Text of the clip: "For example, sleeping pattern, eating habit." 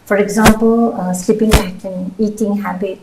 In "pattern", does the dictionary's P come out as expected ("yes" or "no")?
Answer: no